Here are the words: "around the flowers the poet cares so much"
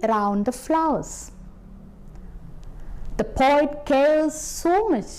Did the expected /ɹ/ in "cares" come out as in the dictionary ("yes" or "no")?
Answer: no